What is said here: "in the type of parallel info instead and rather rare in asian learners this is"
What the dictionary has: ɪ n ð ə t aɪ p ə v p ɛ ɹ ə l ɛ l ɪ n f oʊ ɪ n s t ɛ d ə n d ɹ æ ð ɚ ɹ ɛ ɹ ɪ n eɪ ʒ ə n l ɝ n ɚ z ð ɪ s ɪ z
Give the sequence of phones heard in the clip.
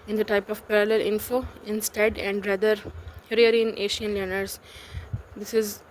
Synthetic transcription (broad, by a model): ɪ n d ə t aɪ p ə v p ɛ ɹ ə l ɛ l ɪ n f oʊ ɪ n s t ɛ d ə n d ɹ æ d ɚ ɹ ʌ ɹ ɪ n eɪ ʃ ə n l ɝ n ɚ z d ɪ s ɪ z